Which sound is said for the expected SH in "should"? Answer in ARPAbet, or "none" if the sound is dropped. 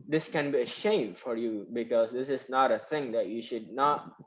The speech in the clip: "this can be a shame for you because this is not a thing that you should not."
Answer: SH